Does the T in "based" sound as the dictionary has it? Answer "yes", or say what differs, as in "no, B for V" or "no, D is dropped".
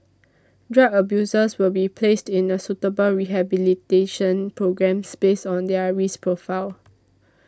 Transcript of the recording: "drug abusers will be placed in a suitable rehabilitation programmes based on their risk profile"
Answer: no, T is dropped